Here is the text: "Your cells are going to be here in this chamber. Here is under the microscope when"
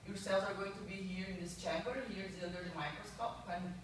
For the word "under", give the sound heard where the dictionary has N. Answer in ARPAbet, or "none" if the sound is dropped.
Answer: L